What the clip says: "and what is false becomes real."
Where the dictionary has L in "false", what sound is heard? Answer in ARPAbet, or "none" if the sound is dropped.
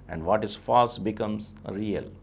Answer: none